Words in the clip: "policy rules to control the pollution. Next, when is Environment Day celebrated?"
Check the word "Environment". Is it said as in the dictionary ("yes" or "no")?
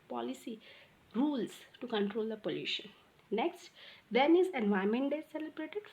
no